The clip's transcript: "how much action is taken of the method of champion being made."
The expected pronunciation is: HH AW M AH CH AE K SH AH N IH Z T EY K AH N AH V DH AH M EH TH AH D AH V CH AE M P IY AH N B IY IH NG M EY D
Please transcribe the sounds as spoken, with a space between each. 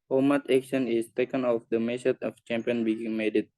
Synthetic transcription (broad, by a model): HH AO M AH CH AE K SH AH N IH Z T EY K AH N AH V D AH M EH S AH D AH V CH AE M P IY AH N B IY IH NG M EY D